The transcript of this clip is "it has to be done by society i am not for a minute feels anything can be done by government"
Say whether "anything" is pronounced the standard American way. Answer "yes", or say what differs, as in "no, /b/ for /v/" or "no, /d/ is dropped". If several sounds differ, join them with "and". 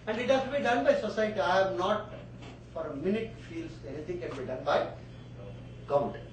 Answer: no, /t/ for /θ/